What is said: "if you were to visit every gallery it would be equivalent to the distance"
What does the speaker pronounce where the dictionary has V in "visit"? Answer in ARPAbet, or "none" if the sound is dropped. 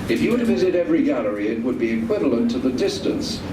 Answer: V